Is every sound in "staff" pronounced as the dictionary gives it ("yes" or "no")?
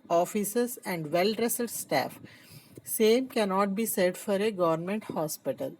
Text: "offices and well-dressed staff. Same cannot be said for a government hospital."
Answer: yes